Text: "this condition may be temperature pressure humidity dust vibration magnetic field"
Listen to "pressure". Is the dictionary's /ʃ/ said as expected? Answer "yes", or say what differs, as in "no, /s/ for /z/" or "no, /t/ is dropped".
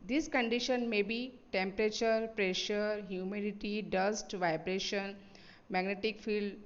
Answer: yes